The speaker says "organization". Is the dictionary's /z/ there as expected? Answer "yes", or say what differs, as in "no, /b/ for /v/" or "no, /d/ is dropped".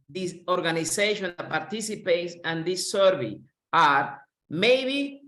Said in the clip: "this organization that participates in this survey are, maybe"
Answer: no, /s/ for /z/